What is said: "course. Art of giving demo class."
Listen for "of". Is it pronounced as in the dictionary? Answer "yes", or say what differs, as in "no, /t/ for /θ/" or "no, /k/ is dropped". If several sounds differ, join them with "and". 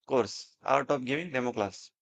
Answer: no, /p/ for /v/